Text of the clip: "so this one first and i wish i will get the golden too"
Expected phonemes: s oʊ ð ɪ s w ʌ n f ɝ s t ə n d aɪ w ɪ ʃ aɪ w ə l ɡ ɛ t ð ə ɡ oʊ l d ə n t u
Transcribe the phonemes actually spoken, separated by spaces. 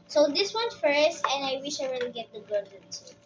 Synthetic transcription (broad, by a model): s oʊ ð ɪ s w ʌ n f ɝ s t ə n d aɪ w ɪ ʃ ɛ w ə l ɡ ɛ t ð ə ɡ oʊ d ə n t